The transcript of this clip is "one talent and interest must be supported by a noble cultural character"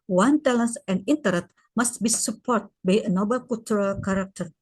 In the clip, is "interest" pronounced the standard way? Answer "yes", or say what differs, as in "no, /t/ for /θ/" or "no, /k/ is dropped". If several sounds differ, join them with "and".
no, /s/ is dropped